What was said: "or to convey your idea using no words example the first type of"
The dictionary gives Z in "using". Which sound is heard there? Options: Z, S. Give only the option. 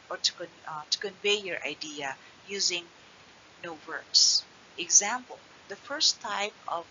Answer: Z